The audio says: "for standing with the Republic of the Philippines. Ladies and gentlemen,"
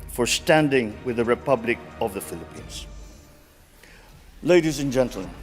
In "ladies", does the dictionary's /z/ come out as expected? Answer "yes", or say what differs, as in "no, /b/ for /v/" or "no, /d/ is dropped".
yes